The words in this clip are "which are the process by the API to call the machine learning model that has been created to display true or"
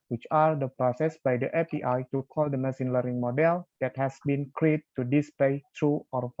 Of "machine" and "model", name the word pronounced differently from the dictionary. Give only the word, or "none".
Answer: machine